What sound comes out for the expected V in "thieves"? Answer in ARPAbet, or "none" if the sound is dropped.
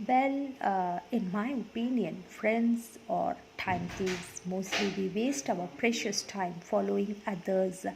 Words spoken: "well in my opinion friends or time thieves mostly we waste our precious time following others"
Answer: none